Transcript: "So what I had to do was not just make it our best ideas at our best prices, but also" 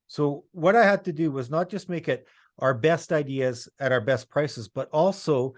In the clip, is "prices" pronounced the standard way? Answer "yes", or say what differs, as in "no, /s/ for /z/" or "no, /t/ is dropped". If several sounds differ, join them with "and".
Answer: yes